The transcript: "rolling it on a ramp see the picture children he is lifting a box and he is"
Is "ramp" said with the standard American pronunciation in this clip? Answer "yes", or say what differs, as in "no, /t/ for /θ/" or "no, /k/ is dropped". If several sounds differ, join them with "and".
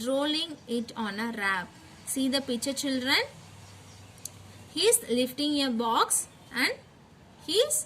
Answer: no, /m/ is dropped